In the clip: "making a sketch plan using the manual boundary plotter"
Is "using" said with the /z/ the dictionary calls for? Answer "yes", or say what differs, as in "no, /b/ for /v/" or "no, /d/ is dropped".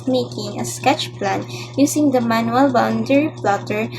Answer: no, /s/ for /z/